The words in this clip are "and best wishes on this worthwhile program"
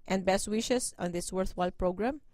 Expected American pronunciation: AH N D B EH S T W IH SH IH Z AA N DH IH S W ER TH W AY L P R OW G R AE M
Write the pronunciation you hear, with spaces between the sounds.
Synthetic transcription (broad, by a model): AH N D B EH S T W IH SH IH S AA N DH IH S W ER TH W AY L P R OW G R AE M